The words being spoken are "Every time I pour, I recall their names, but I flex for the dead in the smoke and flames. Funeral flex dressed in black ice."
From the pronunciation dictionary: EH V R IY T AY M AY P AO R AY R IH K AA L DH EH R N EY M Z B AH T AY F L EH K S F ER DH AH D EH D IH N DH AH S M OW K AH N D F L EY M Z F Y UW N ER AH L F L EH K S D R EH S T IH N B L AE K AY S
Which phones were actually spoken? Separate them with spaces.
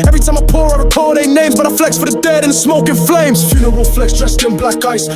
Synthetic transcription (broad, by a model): EH V R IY T AY M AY P AO R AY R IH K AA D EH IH N EY M Z B AH T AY F L EH K S F ER DH AH D EH D IH N S M OW K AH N F L EY M Z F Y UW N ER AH W F L EH K S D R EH S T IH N B L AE K AY S